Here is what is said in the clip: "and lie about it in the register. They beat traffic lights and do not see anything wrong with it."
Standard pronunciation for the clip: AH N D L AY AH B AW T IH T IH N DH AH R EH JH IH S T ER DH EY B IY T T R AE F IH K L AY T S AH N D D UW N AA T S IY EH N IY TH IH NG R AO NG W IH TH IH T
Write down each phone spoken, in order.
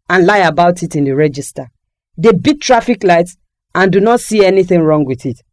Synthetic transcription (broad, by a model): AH N L AY AH B AW T IH T IH N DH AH R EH JH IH S T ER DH EY B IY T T R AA F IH K L AY T S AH N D D UW N AA T S IY EH N IY TH IH NG R AO NG W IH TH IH T